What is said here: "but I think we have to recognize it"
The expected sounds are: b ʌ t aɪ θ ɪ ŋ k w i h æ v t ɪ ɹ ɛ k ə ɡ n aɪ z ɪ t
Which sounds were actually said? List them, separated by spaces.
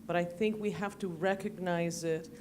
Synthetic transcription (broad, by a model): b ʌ t aɪ θ ɪ ŋ k w i h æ f t ɪ ɹ ɛ k ə ɡ n aɪ z ɪ t